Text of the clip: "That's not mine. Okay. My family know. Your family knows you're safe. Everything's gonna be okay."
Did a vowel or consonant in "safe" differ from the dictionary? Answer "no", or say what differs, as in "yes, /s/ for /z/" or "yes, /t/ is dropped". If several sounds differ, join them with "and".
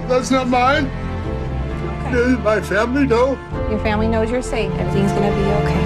yes, /f/ is dropped